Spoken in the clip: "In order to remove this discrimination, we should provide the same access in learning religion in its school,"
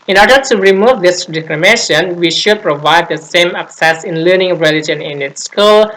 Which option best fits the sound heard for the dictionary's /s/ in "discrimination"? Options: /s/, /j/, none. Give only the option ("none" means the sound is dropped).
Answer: none